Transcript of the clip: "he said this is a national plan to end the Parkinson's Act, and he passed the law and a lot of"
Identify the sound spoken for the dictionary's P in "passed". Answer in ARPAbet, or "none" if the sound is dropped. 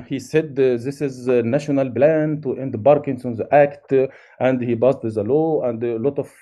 B